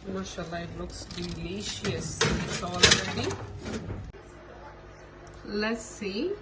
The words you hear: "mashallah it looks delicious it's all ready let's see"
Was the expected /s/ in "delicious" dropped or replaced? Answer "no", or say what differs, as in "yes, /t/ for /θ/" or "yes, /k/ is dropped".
yes, /s/ is dropped